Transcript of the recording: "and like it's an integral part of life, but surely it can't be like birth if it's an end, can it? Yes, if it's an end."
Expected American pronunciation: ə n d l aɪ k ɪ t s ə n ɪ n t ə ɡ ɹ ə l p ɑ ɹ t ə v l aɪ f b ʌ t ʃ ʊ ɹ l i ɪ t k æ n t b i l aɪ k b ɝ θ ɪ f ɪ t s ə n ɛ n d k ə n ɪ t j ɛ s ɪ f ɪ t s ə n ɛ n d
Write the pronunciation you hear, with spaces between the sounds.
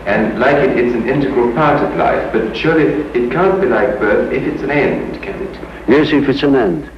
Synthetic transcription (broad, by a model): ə n l aɪ k ɪ t s ə n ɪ n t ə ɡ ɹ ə l p ɑ ɹ t ə v l aɪ f b ʌ t ʃ ʊ ɹ l i ɪ t k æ n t b i l aɪ k b ɝ θ ɪ f ɪ t s ə n ɛ n d k ə n ɪ t j ɛ s ɪ f ɪ t s ə n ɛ n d